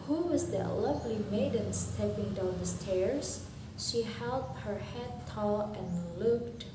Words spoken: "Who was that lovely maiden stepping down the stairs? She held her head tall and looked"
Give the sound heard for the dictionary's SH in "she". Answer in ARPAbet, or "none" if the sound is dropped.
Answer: SH